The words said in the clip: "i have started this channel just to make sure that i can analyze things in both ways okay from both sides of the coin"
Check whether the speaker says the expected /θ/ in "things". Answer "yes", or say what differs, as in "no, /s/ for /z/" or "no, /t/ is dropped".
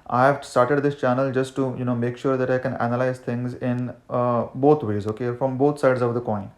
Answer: no, /t/ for /θ/